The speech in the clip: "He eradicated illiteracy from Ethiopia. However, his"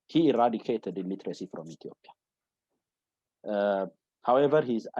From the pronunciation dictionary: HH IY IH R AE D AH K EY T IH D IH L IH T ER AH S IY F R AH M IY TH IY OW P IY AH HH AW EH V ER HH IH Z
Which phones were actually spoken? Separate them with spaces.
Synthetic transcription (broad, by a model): HH IY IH R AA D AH K EY T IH D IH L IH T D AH S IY F R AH M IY T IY OW P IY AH HH AW EH V ER HH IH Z